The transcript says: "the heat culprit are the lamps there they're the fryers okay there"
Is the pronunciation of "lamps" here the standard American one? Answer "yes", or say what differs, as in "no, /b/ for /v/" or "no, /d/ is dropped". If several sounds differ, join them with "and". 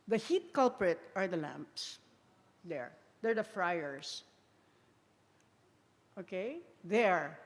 yes